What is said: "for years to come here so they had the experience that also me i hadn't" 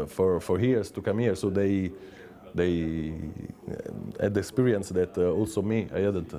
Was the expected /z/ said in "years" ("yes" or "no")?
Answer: no